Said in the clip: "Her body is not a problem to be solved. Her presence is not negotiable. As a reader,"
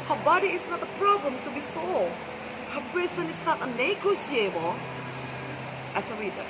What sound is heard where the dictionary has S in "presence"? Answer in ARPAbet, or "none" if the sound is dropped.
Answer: none